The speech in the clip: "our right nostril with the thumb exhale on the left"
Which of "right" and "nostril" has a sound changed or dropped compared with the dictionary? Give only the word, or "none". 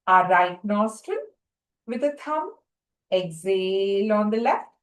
nostril